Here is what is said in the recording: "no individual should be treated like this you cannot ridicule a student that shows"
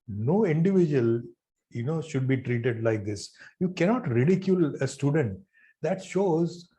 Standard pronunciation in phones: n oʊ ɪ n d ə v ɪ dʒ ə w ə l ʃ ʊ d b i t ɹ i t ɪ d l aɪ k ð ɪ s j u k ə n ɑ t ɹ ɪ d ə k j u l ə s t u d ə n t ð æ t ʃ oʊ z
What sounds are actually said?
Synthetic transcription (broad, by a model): n oʊ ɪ n d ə v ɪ dʒ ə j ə n ʃ ʊ d b i t ɹ i t ɪ d l aɪ k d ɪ s j u k ə n ɑ t ɹ ɪ d ə k j u l ə s t u d ə n t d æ t ʃ oʊ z